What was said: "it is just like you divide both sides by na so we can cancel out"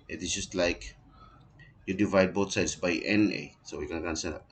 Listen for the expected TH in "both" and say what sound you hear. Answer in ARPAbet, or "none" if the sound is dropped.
T